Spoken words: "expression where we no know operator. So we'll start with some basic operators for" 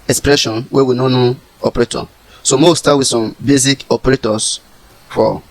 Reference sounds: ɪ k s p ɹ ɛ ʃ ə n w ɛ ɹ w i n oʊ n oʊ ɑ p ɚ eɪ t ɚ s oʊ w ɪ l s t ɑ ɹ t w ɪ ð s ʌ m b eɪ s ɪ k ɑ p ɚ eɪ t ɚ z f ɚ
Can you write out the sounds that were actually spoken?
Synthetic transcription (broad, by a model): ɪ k s p ɹ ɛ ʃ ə n w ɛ w i n oʊ n oʊ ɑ p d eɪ t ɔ s oʊ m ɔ w s t ɑ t w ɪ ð s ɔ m b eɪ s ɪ k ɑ p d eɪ t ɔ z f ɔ